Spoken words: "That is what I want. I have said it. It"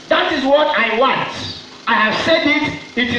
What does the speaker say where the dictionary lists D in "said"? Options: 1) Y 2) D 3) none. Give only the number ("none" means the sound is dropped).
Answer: 2